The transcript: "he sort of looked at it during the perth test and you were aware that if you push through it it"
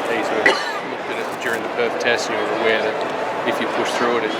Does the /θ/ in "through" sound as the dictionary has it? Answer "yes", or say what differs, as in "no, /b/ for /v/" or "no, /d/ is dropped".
yes